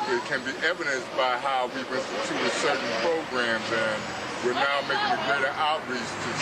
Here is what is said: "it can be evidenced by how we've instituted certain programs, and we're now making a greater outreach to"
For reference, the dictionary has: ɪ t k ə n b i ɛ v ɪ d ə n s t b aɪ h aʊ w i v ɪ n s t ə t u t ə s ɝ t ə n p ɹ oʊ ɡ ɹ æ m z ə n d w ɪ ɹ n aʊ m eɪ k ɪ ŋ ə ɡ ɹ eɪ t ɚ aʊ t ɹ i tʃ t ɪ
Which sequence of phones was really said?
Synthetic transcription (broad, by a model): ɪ t k ə n b i ɛ v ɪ d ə n s b aɪ h aʊ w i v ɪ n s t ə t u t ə s ɝ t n p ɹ oʊ ɡ ɹ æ m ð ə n w ɪ ɹ n aʊ m eɪ k ɪ ŋ ə ɡ ɹ eɪ t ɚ aʊ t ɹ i s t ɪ